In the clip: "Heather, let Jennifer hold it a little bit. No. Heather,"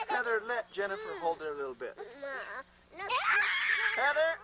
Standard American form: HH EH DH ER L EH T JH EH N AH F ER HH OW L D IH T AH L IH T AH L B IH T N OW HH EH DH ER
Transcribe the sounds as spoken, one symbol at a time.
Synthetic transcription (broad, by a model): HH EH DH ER L EH T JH EH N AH F ER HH OW L D IH T AH L IH T L B IH T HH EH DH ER